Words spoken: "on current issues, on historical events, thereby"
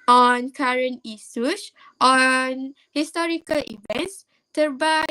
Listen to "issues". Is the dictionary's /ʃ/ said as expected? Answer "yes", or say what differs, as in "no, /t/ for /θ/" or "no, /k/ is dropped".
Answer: no, /s/ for /ʃ/